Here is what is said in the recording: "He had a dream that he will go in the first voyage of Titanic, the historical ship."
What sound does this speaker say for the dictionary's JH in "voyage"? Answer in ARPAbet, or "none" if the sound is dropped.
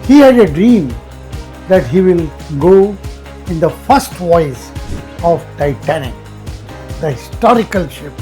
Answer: Z